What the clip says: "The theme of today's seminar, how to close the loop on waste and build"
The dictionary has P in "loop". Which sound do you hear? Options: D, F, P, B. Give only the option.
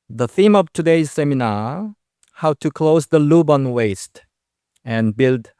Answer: B